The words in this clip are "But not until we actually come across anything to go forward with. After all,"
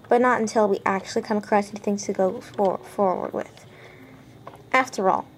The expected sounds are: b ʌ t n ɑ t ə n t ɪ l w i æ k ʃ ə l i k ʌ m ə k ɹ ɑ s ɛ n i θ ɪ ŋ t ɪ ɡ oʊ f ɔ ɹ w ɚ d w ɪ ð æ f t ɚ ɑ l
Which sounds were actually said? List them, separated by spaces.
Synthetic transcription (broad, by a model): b ʌ t n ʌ t ə n t ɪ l w i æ k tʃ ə l i k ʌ ə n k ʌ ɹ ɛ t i θ ɪ ŋ t ɪ ɡ oʊ f ɔ ɹ w ɚ d w ɪ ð æ f t ɚ ɑ l